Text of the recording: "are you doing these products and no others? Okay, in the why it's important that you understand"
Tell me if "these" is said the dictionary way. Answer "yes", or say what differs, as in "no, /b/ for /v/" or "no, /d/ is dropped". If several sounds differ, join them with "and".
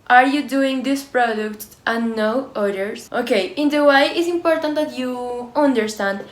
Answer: no, /s/ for /z/